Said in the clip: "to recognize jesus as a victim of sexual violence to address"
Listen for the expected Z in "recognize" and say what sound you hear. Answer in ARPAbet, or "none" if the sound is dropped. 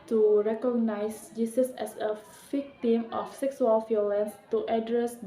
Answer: S